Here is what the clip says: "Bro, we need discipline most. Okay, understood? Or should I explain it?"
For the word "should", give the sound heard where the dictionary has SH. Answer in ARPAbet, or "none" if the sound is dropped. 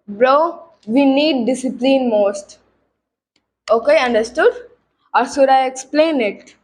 S